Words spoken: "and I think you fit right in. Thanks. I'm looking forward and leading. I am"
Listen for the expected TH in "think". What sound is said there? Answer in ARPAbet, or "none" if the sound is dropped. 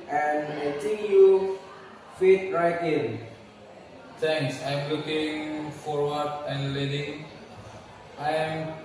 T